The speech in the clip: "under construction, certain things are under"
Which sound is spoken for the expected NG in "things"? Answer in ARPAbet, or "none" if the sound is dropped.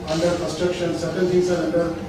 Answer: none